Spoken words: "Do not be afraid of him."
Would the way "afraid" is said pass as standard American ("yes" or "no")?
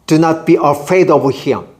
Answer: yes